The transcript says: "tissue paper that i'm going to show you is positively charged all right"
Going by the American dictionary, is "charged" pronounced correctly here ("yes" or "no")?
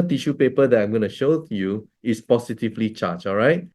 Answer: no